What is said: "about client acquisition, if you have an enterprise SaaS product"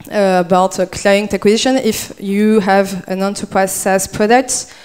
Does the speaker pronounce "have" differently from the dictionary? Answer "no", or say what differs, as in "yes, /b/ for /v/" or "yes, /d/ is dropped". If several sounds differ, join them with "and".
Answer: no